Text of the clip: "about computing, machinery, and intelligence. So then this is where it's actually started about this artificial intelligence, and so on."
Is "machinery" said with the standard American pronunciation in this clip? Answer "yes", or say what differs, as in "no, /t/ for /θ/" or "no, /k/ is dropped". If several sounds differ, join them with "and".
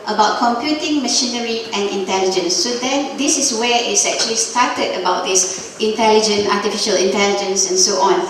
yes